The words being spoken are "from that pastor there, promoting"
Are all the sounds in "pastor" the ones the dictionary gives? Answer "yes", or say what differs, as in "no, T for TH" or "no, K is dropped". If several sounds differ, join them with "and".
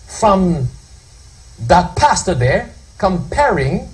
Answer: yes